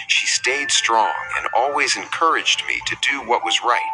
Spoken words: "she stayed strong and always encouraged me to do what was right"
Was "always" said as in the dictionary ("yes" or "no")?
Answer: yes